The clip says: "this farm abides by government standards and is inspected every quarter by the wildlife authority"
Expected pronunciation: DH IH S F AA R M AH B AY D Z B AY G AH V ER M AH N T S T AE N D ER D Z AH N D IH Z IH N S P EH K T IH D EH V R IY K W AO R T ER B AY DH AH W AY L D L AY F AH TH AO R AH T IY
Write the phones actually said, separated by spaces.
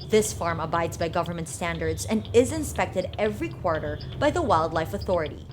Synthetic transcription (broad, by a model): DH IH S F AA R M AH B AY D Z B AY G AH V ER M AH N T S T AE N D ER D Z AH N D IH Z IH N S P EH K T IH D EH V R IY K W AO R T ER B AY DH AH W AY L D L AY F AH TH AO R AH T IY